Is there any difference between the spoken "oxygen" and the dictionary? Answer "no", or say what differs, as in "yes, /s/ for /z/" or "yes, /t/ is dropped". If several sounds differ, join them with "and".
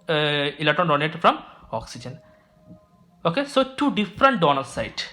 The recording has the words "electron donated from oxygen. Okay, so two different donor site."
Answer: no